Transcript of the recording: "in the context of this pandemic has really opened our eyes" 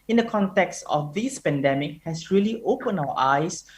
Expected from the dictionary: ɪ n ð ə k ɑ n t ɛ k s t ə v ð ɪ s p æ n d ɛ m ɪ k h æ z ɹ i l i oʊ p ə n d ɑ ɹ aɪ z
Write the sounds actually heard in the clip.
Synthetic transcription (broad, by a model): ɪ n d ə k ɑ n t ɛ k s t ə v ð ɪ s p æ n d ɛ m ɪ k h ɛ s ɹ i l i oʊ p ə n ɑ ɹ aɪ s